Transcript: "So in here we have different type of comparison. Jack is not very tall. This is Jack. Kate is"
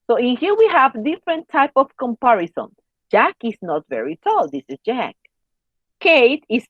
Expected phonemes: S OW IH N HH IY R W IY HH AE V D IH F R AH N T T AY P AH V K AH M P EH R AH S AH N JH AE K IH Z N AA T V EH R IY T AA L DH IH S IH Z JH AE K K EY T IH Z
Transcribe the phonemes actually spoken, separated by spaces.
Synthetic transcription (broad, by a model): S OW IH N HH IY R W IY HH AE V D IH F R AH N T T AY P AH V K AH M P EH R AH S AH N JH AE K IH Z N AA T V EH R IY T AA L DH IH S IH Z JH AE K K EY T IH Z